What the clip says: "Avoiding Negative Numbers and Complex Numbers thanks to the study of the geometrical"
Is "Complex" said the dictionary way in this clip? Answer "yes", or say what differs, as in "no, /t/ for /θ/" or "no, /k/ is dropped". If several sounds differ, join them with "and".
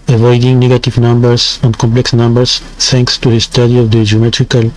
yes